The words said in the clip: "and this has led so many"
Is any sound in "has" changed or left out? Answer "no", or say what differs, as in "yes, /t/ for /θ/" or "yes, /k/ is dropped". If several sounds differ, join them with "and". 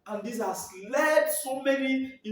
yes, /s/ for /z/